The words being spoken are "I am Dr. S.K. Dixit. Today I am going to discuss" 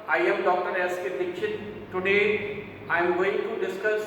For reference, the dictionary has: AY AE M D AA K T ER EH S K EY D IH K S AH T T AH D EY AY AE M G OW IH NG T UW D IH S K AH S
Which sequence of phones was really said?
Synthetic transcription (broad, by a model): AY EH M D AA K T ER EH S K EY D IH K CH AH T T AH D EY AY M G OW IH NG T UW D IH S K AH S